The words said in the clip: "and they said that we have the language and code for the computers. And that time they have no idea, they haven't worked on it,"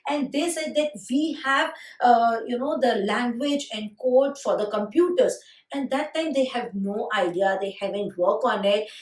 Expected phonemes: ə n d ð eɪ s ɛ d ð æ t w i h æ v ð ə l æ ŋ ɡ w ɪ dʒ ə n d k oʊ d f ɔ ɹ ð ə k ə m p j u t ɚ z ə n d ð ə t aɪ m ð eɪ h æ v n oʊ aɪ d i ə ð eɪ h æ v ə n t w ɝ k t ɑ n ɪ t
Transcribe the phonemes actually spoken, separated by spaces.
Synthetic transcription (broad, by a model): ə n d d eɪ s ɛ d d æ t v i h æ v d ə l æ ŋ ɡ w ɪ dʒ ə n d k oʊ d f ɔ ɹ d ə k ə m p j u t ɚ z ə n d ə t aɪ m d eɪ h æ v n oʊ aɪ d i ə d eɪ h æ v ə n t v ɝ k ɑ n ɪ t